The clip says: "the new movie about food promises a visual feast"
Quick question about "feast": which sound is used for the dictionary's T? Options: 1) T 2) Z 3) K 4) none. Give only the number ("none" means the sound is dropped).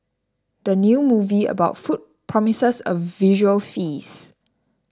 4